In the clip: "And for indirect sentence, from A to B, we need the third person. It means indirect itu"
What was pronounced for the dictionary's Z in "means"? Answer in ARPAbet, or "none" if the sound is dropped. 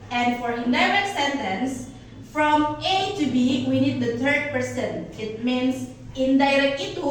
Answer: S